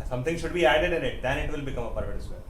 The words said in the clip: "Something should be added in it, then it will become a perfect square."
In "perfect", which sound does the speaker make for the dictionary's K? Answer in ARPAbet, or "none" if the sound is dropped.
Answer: none